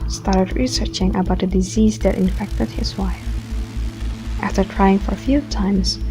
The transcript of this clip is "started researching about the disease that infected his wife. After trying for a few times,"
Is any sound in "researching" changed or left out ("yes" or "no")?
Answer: no